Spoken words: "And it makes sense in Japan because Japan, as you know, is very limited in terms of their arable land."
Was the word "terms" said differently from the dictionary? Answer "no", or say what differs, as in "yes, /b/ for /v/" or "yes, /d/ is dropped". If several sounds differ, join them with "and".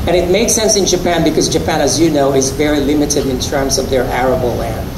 no